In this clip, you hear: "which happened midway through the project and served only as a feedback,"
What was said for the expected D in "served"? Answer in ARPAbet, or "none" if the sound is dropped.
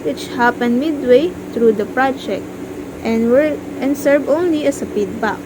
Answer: none